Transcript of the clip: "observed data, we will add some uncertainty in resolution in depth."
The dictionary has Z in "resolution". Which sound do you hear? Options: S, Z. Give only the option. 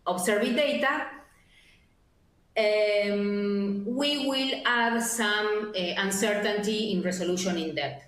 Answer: S